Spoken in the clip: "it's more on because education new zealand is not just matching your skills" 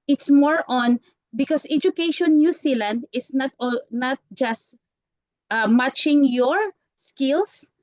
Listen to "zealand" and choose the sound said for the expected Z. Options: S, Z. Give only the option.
S